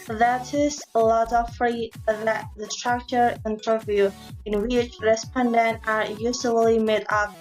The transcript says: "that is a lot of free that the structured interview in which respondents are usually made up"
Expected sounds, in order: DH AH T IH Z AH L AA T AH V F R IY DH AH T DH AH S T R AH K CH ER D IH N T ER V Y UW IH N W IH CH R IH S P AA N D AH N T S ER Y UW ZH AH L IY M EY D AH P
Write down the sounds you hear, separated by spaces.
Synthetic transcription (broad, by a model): DH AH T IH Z AH L AA T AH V F R IY DH AH T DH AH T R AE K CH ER IH N T ER V Y UW IH N W IH CH R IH S P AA N D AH N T ER Y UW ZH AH L IY M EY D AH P